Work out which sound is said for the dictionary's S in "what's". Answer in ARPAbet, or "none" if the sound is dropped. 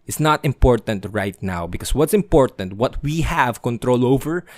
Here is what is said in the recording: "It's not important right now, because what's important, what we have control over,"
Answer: S